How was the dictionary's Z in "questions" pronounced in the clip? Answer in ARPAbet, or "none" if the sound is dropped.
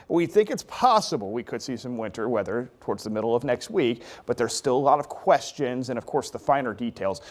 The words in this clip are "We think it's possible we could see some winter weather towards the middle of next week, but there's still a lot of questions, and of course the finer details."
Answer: Z